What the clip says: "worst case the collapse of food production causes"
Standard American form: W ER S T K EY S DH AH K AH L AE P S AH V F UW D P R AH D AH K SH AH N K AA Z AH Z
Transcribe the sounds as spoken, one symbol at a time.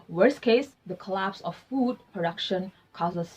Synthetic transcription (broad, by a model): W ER S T K EY S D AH K AH L AE P S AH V F UW D P R AH D AH K SH AH N K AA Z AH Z